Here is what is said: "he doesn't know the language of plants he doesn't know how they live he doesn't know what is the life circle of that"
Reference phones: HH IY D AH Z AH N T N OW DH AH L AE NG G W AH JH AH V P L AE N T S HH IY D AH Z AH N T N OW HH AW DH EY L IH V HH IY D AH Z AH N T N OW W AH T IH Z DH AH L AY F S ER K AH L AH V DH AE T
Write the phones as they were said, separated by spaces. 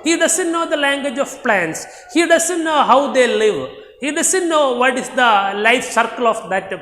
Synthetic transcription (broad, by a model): HH IY D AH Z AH N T N OW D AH L AE NG G W AH JH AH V P L AE N T S HH IY D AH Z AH N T N OW HH AW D EY L IH V HH IY D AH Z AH N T N OW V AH T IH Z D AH L AY F S ER K AH L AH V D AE T